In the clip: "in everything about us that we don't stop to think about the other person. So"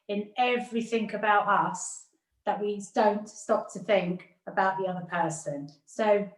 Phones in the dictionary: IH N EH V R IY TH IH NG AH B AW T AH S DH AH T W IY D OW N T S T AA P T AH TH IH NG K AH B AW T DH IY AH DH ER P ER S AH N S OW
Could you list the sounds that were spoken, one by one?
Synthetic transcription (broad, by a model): IH N EH V R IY TH IH NG AH B AW T AH S DH AH T W IY D OW N T S T AA P T AH TH IH NG K AH B AW T DH IY AH DH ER P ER S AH N S OW